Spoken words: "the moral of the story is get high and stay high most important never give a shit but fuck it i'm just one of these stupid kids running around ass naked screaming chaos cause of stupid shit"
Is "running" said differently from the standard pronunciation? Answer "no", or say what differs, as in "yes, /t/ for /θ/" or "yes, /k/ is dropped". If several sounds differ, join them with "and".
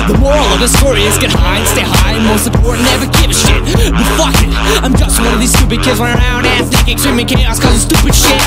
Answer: yes, /w/ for /ɹ/